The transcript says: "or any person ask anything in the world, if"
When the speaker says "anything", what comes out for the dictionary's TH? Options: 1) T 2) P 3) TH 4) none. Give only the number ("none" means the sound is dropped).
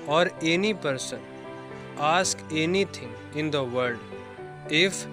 1